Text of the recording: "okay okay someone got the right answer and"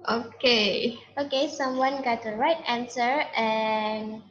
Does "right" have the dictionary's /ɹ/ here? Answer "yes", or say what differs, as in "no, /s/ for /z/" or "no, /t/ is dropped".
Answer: yes